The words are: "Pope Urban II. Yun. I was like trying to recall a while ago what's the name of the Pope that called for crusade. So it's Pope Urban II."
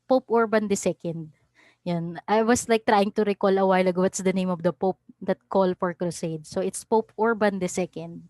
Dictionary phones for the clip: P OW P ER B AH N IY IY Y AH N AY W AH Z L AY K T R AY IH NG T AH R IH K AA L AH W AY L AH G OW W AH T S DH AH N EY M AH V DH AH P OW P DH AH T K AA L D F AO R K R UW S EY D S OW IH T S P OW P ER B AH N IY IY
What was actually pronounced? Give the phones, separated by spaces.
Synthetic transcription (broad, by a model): P OW P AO B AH N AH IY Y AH N AY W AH S L AY K T R AY IH NG T AH R IH K AA L AH W AY L AH G OW W AH T S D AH N EY M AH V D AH P OW P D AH T K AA L F AO R K R UW S EY D S OW IH T S P OW P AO B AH N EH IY